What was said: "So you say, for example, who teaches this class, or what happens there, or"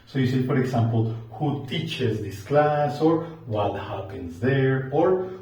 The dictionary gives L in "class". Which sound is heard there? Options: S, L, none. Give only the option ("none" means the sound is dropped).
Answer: L